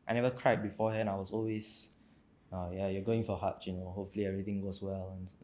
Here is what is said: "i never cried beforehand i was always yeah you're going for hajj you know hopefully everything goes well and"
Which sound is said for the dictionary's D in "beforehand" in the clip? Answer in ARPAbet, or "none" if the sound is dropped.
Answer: none